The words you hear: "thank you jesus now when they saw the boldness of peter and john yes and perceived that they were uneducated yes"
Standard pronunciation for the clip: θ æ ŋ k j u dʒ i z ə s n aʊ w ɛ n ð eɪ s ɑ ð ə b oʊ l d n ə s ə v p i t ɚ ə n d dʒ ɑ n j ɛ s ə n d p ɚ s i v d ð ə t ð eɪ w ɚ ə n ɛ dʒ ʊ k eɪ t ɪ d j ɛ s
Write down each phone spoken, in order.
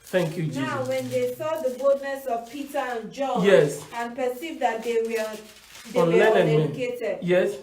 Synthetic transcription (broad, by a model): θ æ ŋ k j u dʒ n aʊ w ɛ n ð eɪ s ɑ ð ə b oʊ l d n ə s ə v p i t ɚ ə n dʒ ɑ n j ɛ s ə n p ɚ s i v d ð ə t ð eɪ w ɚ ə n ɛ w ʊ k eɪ t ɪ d j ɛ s